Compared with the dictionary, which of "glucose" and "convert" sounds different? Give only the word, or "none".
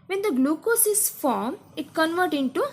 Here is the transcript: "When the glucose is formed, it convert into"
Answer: none